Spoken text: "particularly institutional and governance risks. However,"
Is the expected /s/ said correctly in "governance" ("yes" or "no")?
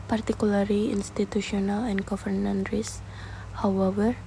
no